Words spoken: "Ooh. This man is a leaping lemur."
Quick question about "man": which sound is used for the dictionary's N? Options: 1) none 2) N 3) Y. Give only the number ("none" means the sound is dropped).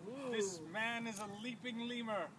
2